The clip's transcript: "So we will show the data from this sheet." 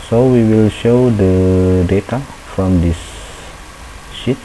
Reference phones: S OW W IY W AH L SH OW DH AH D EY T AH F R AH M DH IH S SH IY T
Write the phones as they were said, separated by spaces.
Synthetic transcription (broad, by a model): S OW W IY W AH L SH OW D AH D EY T AH F R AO M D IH S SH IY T